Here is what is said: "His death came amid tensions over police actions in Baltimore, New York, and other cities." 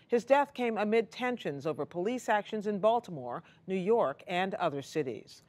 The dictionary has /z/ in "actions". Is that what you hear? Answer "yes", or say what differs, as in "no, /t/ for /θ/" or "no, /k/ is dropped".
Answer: yes